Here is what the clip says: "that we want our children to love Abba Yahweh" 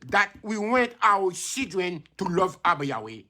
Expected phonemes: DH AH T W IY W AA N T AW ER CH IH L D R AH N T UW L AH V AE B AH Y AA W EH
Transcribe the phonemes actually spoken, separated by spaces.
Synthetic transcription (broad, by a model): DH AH T W IY W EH N T AW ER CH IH D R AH N T UW L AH V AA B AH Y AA W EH